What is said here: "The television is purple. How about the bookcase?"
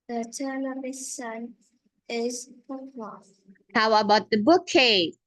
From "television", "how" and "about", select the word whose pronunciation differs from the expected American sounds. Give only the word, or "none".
television